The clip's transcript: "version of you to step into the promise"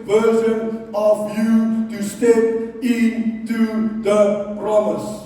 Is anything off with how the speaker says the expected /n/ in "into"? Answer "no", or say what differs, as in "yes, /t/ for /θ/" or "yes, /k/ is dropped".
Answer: no